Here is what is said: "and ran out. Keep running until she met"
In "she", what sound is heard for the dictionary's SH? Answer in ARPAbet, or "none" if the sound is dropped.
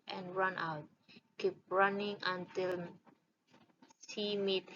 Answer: S